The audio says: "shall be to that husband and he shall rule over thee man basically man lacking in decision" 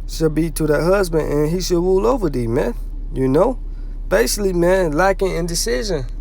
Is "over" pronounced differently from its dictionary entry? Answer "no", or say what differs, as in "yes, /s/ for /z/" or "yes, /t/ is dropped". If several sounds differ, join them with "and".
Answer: no